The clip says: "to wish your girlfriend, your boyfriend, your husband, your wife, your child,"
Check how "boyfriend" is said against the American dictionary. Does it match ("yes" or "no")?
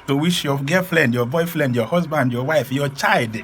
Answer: no